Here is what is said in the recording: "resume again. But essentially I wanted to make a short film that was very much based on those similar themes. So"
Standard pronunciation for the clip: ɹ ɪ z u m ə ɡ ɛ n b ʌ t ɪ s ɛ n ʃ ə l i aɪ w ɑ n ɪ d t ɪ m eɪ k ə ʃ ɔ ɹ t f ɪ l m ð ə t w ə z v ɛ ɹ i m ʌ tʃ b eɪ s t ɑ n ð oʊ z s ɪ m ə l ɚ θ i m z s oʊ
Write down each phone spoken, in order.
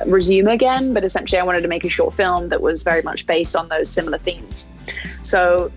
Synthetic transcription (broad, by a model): ɹ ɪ z u m ə ɡ ɛ n b ʌ t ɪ s ɛ n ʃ l i aɪ w ɑ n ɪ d t ɪ m eɪ k ə ʃ ɔ ɹ t f ɪ l m ð ə t w ə z v ɛ ɹ i m ʌ tʃ b eɪ s t n ð oʊ z s ɪ m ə l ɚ θ i m z s oʊ